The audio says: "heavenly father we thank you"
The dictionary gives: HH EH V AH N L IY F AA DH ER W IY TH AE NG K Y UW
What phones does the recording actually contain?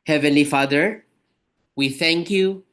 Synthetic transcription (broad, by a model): HH EH V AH N L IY F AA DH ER W IY TH AE NG K Y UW